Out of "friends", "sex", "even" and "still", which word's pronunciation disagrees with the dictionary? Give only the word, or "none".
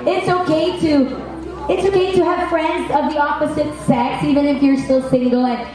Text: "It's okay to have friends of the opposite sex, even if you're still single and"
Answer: none